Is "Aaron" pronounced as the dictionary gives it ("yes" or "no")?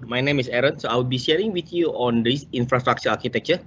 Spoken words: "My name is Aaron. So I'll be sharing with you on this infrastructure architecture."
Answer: yes